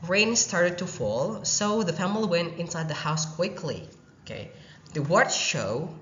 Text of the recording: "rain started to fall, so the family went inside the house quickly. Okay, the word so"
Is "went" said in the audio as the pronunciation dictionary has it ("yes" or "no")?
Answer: yes